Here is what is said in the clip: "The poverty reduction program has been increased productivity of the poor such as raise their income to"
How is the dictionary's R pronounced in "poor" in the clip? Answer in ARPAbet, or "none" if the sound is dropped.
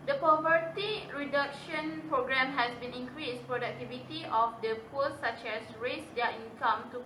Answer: L